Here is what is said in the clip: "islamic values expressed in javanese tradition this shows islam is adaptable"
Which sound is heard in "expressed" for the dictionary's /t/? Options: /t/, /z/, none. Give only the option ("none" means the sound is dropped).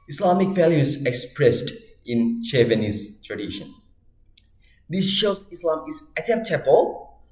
/t/